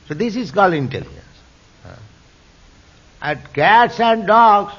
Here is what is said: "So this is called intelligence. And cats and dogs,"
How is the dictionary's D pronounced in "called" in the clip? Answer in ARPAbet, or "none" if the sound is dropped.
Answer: none